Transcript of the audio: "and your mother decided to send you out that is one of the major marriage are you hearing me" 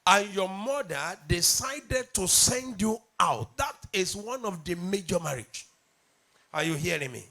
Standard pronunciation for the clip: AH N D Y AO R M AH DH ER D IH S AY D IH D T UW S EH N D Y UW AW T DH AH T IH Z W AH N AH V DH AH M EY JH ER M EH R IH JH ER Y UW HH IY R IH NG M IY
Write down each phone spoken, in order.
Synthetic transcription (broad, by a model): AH N Y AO M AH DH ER D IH S AY D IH D T UW S EH N D Y UW AW T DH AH T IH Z W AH N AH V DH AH M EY JH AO M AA R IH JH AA Y UW HH IY R IH NG M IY